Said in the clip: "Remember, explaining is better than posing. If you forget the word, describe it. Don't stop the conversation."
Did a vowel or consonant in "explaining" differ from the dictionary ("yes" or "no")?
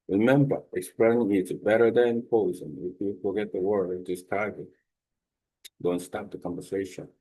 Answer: no